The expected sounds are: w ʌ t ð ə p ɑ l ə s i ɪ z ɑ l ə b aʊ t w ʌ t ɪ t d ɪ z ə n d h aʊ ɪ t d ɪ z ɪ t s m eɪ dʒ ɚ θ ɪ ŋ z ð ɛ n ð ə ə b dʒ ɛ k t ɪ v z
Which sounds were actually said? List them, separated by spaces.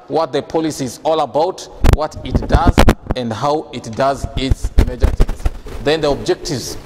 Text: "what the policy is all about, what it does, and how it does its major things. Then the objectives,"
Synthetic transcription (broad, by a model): w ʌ t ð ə p ɑ l ə s i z ɑ l ə b aʊ t w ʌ t ɪ t d ɪ z ə n d h aʊ ɪ t d ɪ z ɪ t s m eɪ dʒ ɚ t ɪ z ð ɛ n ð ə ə b dʒ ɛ k t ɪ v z